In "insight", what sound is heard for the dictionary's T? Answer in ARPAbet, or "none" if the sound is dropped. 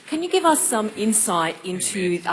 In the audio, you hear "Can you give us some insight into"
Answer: T